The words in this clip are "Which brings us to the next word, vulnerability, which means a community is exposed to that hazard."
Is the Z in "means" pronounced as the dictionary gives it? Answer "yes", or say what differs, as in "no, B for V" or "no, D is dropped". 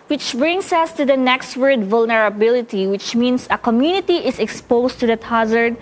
no, S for Z